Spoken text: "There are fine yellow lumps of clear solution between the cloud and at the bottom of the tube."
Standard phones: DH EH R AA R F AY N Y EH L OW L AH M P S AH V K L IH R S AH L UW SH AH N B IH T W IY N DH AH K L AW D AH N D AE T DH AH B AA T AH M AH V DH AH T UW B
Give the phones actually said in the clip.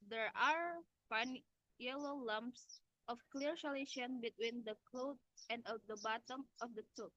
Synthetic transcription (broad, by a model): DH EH R AA R P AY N Y EH L OW L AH M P S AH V K L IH R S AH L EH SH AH N B IH T W IY N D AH K L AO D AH N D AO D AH B AA T AH M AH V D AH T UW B